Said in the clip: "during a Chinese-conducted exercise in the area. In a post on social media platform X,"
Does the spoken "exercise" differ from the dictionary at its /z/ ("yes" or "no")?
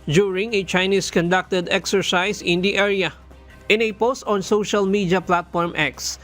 yes